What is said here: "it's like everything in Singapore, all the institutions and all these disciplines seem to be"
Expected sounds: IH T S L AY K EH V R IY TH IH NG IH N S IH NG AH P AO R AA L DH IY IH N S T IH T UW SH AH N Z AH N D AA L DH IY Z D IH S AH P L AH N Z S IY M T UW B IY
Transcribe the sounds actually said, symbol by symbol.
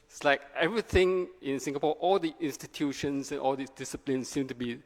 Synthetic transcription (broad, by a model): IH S L AY K EH V R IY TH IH NG IH N S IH NG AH P AO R AA L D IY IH N S T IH T UW SH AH N S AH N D AA L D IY D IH S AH P L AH N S S IY M T UW B IY